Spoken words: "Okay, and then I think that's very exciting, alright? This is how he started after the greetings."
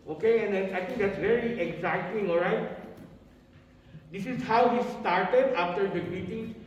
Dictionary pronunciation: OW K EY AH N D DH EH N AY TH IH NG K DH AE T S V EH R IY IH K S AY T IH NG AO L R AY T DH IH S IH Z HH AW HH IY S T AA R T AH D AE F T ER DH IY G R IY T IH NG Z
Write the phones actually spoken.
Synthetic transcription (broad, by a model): OW K EY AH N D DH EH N AY T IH NG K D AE T S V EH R IY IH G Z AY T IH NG AO L R AY T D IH S IH Z HH AW HH IY S T AA R T AH D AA F T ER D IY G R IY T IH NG